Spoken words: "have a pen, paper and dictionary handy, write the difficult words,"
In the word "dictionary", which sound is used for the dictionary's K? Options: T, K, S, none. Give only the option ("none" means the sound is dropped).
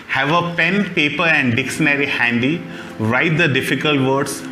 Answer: K